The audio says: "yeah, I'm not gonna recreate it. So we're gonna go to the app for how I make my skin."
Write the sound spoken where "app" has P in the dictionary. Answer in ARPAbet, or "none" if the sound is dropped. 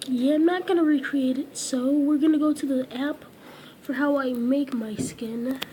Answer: P